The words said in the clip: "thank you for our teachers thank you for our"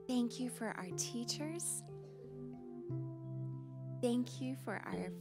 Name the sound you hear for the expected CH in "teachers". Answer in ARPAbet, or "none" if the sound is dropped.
CH